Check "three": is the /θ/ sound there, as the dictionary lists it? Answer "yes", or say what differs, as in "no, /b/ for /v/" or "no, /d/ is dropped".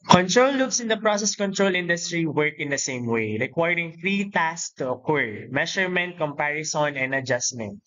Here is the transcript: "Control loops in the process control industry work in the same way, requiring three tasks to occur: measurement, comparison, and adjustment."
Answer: no, /f/ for /θ/